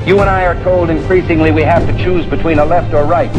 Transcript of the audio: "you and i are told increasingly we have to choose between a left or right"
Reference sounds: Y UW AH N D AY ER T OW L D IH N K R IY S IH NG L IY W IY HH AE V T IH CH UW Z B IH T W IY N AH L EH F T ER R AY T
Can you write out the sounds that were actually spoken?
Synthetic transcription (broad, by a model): Y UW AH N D AY ER T OW L D IH N K R IY S IH NG L IY W IY HH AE F T IH CH UW Z B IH T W IY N AH L EH F T ER R AY T